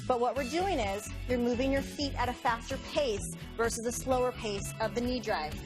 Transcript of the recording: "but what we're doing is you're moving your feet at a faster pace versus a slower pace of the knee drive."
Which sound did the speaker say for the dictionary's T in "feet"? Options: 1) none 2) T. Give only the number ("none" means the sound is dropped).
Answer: 2